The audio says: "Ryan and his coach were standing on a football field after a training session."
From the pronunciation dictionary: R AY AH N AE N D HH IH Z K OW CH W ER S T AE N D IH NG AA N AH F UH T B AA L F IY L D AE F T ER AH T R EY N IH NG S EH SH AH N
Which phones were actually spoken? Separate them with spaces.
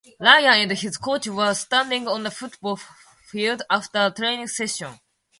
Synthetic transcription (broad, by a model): L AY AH AE N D HH IH Z K OW CH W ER S T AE N D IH NG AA N AH F UH T B AA L F IY L D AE F T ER AH T R EY N IH NG S EH SH AH N